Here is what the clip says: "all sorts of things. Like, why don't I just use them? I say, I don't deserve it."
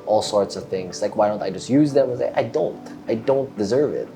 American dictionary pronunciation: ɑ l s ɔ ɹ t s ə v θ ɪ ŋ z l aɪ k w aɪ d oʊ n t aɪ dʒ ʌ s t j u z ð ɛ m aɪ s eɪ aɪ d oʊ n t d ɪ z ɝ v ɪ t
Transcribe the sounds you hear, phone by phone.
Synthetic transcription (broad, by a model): ɑ l s ɔ ɹ t s ə v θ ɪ ŋ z l aɪ k w aɪ d oʊ n t aɪ dʒ ʌ s t j u z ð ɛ m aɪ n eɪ aɪ d oʊ n t d ɪ z ɝ v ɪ t